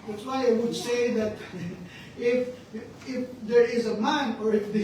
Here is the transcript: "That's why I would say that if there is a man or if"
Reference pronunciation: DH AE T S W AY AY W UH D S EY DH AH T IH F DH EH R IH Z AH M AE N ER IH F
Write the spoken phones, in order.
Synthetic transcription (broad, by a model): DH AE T S W AY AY W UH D S EY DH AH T IH F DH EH R IH Z AH M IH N ER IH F